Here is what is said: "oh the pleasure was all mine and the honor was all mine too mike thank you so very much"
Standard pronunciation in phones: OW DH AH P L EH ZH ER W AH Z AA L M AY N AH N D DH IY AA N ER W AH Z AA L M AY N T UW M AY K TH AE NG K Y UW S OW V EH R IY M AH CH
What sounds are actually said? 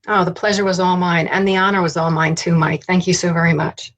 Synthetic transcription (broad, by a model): OW DH AH P L EH ZH ER W AH Z AA L M AY N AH N DH IY AA N ER W AH Z AA L M AY N T UW M AY K TH AE NG K Y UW S OW V EH R IY M AH CH